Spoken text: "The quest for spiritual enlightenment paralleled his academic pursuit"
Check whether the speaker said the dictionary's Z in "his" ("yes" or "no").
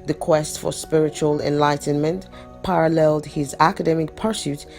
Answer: yes